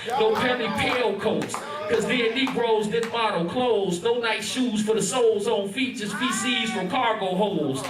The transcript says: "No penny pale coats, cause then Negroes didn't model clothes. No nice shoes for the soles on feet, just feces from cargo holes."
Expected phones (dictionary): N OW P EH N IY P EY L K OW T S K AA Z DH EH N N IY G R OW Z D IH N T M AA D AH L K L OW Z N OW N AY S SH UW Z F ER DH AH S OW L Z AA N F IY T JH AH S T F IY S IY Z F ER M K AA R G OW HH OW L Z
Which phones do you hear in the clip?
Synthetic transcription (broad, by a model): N OW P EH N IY P EY L K OW T S K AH Z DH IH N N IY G R OW Z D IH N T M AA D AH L K L OW Z N OW N AY S SH UW Z F ER DH AH S OW L Z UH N F IY T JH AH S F IY S IY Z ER K AA R G OW HH OW L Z